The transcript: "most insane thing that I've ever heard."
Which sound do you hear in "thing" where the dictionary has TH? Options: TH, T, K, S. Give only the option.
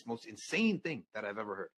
TH